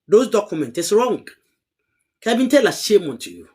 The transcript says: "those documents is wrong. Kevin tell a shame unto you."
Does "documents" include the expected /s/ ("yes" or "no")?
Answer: no